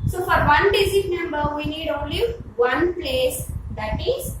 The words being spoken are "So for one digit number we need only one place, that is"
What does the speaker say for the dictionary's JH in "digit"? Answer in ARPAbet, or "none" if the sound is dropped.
Z